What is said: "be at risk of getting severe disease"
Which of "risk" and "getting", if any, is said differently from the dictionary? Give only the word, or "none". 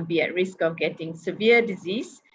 none